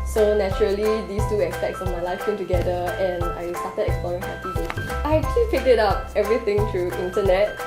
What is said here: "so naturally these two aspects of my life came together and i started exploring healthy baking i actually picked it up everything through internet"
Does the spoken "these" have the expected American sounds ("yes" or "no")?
no